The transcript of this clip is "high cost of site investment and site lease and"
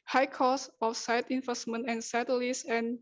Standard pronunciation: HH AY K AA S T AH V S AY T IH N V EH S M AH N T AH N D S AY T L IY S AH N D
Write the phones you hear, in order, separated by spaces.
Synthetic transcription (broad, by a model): HH AY K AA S AH F S AY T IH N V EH S M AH N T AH N S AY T L IY S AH N